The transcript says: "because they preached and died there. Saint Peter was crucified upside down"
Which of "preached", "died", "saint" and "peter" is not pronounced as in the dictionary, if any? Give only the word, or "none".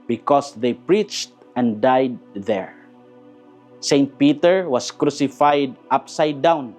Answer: none